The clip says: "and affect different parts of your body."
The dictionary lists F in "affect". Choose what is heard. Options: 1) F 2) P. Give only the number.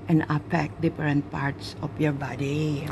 2